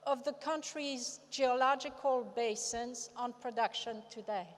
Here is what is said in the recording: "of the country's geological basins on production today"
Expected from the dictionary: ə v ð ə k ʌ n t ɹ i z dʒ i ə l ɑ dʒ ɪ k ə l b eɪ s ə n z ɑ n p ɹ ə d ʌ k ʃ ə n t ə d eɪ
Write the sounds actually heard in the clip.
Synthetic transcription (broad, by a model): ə v ð ə k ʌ n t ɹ i z dʒ i ə l ɑ dʒ ɪ k ə l b eɪ s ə n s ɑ n p ɹ ə d ʌ k ʃ ə n t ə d eɪ